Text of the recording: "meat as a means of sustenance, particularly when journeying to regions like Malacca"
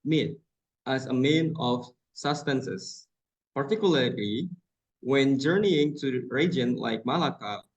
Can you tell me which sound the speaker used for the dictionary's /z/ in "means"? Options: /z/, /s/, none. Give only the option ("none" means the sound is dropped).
none